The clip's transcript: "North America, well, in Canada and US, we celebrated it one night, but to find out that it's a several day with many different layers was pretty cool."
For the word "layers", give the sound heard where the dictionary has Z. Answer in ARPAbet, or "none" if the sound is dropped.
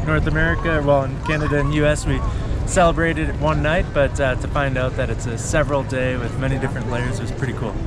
Z